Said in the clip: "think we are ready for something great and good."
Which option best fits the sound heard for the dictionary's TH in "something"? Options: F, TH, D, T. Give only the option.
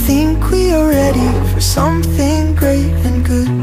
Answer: TH